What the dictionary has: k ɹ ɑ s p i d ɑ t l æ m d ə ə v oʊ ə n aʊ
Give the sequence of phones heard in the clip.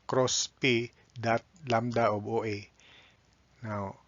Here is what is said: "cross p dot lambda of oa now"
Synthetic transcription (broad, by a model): k ɹ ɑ s p i d ɑ t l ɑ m d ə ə b oʊ ə n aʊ